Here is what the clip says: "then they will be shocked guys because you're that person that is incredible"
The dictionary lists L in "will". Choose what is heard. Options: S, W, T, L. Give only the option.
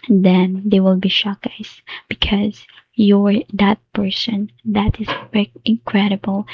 L